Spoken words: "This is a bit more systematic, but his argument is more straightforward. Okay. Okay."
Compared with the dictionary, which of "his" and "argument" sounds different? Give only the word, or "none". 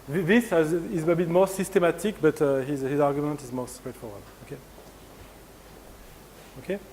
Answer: none